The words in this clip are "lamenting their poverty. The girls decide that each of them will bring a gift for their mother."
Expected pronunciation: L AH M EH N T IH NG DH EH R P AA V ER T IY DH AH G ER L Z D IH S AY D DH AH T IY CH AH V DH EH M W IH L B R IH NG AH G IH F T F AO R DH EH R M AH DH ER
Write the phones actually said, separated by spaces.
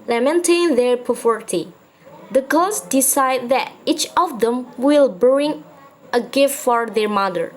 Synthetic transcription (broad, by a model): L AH M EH N T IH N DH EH R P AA F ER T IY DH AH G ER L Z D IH S AY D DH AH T IY CH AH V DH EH M W IH L B R IH NG AH G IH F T F AO R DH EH R M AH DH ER